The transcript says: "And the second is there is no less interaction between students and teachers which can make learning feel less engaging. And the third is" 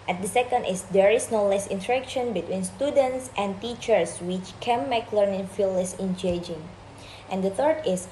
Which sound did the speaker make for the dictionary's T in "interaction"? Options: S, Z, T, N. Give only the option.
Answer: T